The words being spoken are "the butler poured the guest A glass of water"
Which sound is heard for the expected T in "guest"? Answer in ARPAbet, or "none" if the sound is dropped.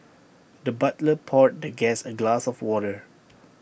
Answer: none